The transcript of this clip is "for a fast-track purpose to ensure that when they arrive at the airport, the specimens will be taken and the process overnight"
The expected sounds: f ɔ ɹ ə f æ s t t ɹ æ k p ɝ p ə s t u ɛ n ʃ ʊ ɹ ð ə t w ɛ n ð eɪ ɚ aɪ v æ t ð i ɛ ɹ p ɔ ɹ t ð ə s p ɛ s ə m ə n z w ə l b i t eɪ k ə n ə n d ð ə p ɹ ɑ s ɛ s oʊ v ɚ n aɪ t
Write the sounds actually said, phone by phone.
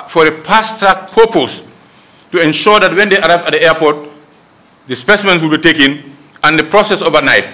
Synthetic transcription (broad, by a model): f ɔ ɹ ə p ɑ s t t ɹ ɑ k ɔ p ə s t u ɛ n ʃ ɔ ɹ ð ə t w ɛ n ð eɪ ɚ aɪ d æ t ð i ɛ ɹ p ɔ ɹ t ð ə s p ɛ s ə m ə n s w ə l b i t eɪ k ə n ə n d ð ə p ɹ ɑ s ɛ s oʊ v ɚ n aɪ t